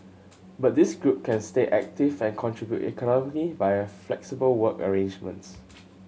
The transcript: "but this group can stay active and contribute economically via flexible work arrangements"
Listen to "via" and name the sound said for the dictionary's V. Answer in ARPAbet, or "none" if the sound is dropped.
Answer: B